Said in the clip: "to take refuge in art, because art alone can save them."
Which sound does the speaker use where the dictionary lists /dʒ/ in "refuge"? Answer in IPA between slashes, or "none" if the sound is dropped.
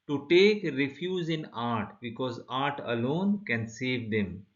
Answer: /z/